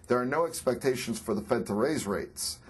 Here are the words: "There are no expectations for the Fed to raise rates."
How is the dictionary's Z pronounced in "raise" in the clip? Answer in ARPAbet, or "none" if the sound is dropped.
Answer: Z